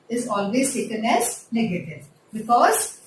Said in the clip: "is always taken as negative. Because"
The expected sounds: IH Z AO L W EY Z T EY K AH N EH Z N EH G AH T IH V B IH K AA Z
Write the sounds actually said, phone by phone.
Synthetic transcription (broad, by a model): IH Z AO L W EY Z S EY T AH N EH Z N EH G AH T IH V B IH K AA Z